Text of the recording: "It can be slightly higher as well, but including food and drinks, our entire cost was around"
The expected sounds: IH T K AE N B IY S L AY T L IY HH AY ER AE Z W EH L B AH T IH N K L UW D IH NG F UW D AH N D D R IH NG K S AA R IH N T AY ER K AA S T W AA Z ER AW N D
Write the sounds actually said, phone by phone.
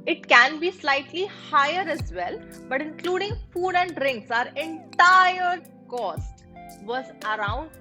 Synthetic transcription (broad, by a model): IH T K AE N B IY S L AY T L IY HH AY ER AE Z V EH L B AH T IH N K L UW D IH NG F UW D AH N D D R IH NG K S AA R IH N T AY ER K AA S T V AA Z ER AW N D